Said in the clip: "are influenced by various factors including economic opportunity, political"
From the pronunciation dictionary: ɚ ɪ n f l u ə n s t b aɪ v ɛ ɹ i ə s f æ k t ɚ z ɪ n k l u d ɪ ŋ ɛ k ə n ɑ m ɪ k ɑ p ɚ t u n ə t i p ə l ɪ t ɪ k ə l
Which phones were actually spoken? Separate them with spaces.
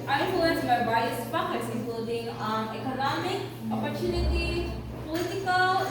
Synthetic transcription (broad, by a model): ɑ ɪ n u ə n t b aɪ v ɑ i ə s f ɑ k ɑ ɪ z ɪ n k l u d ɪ ŋ ɛ k ə n ɑ m ɪ k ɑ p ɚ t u n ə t i p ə l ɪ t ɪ k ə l